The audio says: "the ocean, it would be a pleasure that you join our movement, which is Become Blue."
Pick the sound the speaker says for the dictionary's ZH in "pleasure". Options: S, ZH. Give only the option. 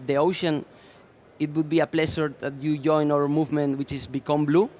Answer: S